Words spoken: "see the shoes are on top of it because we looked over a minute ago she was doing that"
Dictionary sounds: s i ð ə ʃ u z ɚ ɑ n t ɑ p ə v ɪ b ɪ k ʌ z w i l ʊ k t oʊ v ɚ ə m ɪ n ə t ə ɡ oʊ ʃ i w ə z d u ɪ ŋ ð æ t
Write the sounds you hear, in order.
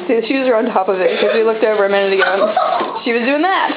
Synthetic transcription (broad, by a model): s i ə ʃ u z ɚ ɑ n t ɑ p ə v ɪ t k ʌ z w i l ʊ k t oʊ v ɚ ə m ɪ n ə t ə ɡ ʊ ʃ i w ə z d u ɪ ŋ ð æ t